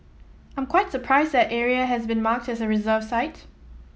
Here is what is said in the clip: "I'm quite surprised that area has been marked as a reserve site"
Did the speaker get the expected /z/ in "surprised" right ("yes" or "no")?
yes